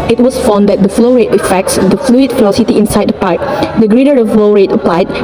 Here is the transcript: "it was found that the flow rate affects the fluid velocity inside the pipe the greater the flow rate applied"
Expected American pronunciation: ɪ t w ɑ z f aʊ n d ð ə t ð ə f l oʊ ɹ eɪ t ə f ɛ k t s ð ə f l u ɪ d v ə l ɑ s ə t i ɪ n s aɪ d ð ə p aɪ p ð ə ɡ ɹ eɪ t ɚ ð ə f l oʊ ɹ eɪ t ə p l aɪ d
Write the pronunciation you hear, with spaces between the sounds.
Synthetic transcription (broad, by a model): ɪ t w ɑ s f aʊ n d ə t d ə f l oʊ ɹ eɪ t ə f ɛ k t s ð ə f l u ɪ d f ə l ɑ s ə t i ɪ n s aɪ d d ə p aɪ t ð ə ɡ ɹ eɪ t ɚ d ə f l oʊ ɹ eɪ t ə p l aɪ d